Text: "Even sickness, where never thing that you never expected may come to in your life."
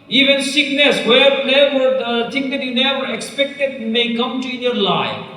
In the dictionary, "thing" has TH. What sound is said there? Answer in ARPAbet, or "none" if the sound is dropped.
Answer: T